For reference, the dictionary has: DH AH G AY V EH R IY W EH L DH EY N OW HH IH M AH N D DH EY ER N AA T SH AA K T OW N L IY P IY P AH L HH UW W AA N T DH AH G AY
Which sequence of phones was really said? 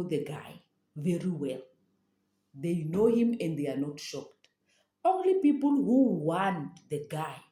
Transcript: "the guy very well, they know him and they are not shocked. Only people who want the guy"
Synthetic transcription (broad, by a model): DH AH G AY V EH R IY W EH L DH EY N OW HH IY M AH N D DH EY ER N AA T SH AA K T OW N L IY P IY P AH L HH UW W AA N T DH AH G AY